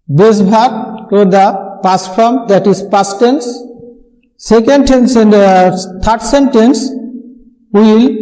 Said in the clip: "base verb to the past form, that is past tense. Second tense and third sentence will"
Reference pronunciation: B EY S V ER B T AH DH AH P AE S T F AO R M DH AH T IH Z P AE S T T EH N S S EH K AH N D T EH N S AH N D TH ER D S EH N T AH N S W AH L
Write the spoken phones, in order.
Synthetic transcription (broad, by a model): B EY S B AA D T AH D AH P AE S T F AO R M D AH T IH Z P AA S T T EH N S S EH K AH N D T EH N S AH N D T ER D S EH N T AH N S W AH L